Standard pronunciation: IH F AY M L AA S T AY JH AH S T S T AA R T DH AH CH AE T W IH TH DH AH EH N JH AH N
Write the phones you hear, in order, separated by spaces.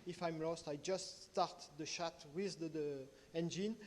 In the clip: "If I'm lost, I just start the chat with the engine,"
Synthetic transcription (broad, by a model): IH F AY M L AA S T AY JH AH S T S T AA R T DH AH SH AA T W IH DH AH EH N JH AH N